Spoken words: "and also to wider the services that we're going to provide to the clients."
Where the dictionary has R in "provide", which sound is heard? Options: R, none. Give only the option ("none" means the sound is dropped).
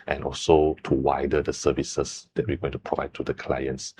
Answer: R